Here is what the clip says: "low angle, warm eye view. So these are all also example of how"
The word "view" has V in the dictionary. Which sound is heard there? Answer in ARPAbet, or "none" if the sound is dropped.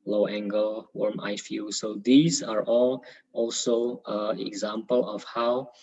F